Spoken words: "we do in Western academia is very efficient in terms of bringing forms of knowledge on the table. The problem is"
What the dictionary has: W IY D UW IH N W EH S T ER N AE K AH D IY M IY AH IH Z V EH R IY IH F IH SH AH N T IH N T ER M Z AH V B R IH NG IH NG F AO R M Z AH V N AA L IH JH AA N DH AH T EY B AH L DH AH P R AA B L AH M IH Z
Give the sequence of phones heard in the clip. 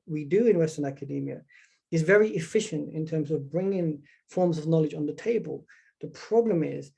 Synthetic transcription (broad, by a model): W IY D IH IH N W EH S T ER N AE K AH D IY M IY AH IH Z V EH R IY IH F IH SH AH N T IH N T ER M Z AH V B R IH NG IH NG F AO R M Z AH V N AA L IH JH N DH AH T EY B AH L DH AH P R AA B L AH M IH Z